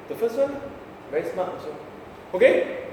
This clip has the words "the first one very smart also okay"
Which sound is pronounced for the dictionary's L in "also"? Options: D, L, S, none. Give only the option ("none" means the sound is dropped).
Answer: none